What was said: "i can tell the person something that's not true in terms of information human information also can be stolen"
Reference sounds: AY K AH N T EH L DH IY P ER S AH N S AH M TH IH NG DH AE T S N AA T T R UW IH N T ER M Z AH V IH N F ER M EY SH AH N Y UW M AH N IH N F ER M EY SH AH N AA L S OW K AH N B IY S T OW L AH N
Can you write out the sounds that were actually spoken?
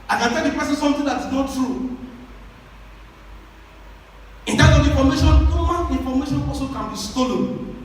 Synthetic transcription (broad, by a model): AY K AH N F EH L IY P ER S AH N S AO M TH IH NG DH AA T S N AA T T R UW IH N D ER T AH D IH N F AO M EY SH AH N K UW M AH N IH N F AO M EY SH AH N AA S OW K AH N B IY S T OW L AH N